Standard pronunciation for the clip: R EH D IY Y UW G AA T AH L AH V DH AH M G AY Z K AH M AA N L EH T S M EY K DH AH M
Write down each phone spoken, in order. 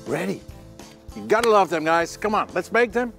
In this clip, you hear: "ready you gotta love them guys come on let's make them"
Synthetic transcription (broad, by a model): R EH D IY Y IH G AA T AH L AH V DH AH M G AY Z K AH M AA N L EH T S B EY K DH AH M